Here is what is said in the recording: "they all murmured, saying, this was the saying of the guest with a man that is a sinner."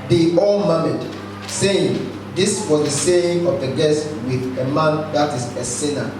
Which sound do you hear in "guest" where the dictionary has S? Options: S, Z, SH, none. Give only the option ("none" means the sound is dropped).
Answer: S